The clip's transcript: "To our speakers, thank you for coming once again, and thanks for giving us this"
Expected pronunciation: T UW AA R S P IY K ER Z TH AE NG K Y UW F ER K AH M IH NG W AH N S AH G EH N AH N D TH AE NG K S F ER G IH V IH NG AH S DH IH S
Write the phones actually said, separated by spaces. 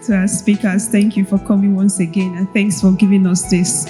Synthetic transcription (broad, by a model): T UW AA S P IY K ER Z TH AE NG K Y UW F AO K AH M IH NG W AH N S AH G EH N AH N TH AE NG K S F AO G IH V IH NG AH S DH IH S